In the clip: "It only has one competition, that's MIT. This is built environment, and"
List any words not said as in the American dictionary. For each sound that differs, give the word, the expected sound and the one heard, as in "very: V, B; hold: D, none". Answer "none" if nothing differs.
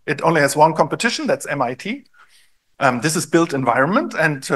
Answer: none